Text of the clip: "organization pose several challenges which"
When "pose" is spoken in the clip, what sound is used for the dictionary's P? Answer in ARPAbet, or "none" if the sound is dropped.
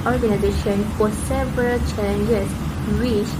F